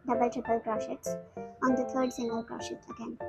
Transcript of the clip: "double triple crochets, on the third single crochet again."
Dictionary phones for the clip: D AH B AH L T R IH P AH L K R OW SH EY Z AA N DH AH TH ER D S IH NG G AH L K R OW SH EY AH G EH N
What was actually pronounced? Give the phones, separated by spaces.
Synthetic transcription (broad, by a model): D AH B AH L T R IH P AH L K R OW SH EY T AA N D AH T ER D S IH NG G AH L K R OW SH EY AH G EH N